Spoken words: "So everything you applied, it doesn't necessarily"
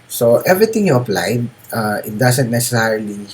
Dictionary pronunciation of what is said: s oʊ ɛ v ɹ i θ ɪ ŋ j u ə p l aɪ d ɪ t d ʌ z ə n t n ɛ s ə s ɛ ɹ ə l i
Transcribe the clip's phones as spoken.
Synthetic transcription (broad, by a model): s oʊ ɛ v ɹ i t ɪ ŋ j u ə p l aɪ d ɪ t d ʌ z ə n t n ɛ s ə s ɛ ɹ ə l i